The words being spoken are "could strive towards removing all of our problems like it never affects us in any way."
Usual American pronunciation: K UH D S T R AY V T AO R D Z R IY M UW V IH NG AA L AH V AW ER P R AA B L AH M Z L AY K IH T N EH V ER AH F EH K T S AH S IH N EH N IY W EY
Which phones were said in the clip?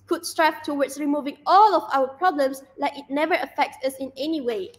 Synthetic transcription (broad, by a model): K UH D S T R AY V T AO W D S R IY M UW V IH NG AA L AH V AW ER P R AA B L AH M S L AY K IH T N EH V ER AH F EH K T S AH S IH N EH N IY W EY